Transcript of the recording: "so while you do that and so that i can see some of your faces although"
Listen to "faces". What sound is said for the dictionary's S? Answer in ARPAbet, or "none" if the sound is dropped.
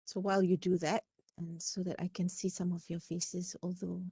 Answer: S